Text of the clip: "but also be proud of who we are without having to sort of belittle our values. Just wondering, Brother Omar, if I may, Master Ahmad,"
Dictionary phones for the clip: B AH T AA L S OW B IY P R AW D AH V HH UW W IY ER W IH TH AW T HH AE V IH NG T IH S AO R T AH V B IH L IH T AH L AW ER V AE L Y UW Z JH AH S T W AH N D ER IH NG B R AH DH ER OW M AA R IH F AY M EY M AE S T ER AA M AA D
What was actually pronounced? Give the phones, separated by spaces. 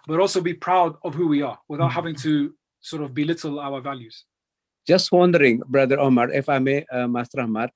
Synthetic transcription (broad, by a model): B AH T AA L S OW B IY P R AW D AH V HH UW W IY ER W IH TH AW T HH AE V IH NG T IH S AO R T AH V B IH L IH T L AW ER V AE L Y UW Z JH AH S T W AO N D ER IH NG B R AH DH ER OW M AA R IH F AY M EY M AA S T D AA M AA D